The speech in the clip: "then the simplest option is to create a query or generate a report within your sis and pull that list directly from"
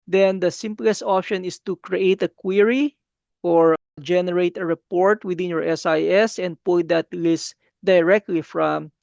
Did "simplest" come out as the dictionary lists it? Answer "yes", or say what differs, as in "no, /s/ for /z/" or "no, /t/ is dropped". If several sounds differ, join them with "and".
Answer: yes